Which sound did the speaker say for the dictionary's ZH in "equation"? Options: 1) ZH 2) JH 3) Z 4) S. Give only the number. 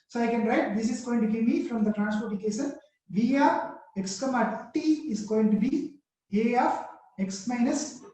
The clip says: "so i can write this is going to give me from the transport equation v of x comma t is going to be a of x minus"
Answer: 4